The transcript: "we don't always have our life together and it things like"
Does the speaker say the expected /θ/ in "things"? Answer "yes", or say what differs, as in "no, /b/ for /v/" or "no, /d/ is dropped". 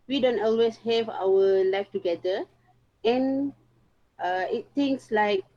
no, /t/ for /θ/